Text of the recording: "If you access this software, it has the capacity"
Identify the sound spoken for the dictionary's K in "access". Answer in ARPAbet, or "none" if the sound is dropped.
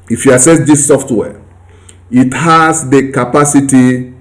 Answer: none